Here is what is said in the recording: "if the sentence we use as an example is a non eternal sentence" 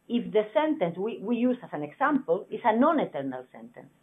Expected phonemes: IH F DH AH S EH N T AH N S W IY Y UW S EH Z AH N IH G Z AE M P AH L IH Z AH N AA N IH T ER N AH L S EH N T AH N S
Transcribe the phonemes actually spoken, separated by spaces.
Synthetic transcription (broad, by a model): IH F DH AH S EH N T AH N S W IY Y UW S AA S AH N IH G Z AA M P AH L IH S AH N AA N IH T ER N AH L S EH N T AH N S